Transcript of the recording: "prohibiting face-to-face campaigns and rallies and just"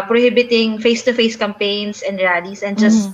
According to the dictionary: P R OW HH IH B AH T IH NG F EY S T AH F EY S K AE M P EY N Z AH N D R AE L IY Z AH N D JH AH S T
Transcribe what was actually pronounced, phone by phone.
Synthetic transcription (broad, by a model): P R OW HH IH B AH T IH NG F EY S T AH F EY S K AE M P EY N S AH N D R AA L IY S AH N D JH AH S